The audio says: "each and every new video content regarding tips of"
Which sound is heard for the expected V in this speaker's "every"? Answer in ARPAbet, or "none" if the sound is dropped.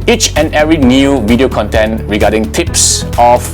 none